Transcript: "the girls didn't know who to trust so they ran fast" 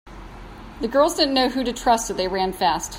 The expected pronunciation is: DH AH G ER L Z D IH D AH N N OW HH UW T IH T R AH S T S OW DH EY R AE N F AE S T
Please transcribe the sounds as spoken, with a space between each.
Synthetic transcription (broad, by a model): DH AH G ER L Z D IH D N N OW HH UW T IH T R AH S T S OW DH EY R AE N F AE S T